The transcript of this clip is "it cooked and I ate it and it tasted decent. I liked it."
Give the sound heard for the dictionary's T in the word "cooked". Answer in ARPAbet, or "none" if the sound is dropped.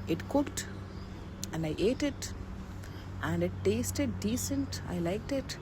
T